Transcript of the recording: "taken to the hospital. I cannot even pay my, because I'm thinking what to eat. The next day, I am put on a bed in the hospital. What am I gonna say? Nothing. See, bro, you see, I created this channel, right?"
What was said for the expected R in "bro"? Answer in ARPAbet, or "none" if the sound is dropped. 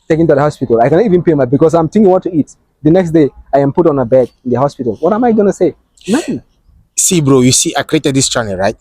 R